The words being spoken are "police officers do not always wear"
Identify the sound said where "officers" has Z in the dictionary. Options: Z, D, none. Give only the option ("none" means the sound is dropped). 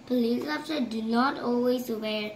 none